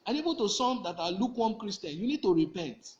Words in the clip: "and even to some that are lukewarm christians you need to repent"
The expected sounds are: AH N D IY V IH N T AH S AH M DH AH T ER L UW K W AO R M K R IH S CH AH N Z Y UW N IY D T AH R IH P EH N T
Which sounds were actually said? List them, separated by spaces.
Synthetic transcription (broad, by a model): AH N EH B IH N T AH S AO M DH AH T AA L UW K W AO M K R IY S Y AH N Y UW N IY D T AH R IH P EH N T